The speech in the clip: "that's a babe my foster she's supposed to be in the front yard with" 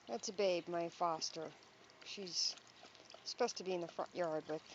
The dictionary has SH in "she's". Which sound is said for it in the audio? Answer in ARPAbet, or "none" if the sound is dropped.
SH